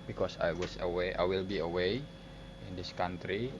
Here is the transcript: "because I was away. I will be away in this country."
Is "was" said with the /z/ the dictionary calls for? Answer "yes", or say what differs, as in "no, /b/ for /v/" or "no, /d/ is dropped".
no, /s/ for /z/